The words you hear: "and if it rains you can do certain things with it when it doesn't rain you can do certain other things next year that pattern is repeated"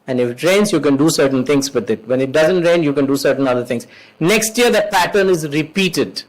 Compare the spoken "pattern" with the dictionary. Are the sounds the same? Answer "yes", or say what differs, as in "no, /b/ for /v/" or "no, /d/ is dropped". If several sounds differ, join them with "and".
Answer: yes